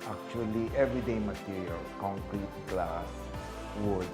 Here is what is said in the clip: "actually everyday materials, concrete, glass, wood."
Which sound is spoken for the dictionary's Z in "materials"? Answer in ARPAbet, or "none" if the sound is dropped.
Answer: none